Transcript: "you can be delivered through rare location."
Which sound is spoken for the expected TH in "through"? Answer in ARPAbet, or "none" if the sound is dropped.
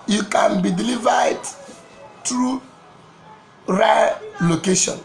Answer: T